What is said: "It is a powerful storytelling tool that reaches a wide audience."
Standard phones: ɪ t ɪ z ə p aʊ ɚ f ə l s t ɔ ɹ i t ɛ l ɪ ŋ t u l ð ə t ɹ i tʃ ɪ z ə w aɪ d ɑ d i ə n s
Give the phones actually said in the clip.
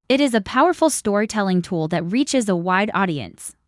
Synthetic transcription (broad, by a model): ɪ t ɪ z ə p aʊ ɚ f l s t ɔ ɹ i t ɛ l ɪ ŋ t u l ð ə t ɹ i tʃ ɪ z ə w aɪ d ɑ d i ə n s